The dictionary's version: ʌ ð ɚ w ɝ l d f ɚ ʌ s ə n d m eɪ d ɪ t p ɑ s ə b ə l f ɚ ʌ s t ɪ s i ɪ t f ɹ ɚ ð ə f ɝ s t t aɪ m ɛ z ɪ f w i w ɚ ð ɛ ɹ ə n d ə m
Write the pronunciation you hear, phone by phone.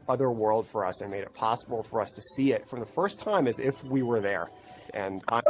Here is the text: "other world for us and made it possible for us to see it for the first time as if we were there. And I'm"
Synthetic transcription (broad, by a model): ʌ ð ɚ w ɝ l d f ɚ ʌ s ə n m eɪ d ɪ t p ɑ s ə b l f ɚ ʌ s t ɪ s i ɪ t f ɹ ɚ ð ə f ɝ s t t aɪ m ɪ z ɪ f w i w ɚ ð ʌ ɹ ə n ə